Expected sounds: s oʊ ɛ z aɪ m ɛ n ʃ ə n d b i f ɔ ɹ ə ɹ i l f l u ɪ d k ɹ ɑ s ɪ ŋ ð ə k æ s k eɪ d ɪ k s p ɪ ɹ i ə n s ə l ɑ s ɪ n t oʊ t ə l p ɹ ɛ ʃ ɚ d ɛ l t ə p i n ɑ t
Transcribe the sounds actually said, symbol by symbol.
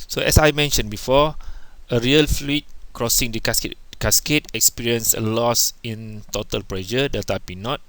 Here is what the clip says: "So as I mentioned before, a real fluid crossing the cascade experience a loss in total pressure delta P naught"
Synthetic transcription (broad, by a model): s oʊ ɛ s aɪ m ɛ n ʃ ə n b i f ɔ ə ɹ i l f l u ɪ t k ɹ ɑ s ɪ ŋ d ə k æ s k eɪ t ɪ k s p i ɹ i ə n s ə l ɑ s ɪ n t oʊ t ə l p ɹ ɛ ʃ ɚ d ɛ t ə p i n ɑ t